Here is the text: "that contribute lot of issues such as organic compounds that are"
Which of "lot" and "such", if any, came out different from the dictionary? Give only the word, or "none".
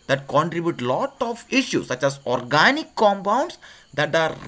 none